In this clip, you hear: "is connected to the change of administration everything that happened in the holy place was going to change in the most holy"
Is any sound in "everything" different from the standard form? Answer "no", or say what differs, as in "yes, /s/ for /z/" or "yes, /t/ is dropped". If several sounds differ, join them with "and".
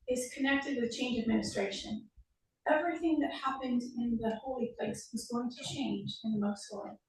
no